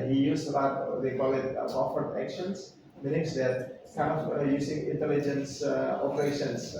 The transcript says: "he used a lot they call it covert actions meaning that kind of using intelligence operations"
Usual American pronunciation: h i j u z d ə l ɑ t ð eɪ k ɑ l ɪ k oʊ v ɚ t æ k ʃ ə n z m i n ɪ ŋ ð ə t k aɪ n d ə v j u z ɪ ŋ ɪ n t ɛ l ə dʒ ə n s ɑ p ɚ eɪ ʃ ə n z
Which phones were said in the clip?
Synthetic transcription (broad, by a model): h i j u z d ə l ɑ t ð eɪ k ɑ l ɪ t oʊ f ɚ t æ k ʃ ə n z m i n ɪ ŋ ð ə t k aɪ n d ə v j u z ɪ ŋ ɪ n t ɛ l ə dʒ ə n s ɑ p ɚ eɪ ʃ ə n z